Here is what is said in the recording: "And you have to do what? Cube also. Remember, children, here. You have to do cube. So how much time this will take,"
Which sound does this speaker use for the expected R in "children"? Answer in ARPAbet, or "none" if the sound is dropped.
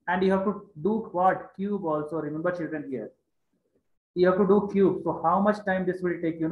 R